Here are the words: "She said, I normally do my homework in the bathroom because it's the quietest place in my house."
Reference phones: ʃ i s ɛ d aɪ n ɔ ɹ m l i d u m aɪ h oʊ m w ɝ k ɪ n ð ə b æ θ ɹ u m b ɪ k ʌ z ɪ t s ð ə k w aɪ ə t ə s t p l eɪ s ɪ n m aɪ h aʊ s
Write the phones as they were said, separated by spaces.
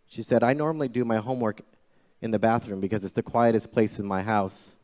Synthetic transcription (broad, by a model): ʃ i s ɛ d aɪ n ɔ ɹ m l i d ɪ m aɪ h oʊ m w ɝ k ɪ n ð ə b æ θ ɹ u m b ɪ k ʌ z ɪ t s ð ə k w aɪ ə t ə s p l eɪ s ɪ n m aɪ h aʊ s